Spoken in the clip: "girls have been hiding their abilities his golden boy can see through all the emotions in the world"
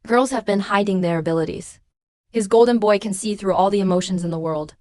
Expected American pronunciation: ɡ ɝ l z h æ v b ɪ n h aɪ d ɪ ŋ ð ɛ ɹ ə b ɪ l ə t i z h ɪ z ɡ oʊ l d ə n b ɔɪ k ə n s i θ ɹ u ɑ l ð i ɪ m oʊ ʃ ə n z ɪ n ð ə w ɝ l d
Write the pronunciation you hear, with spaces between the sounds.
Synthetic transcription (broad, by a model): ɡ ɝ l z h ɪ v b ɪ n h aɪ d ɪ ŋ ð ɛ ɹ ə b ɪ l ə t i z h ɪ z ɡ oʊ l d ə n b ɔɪ k ə n s i θ ɹ u ɑ l ð i ɪ m oʊ ʃ ə n z ɪ n ð ə w ɝ l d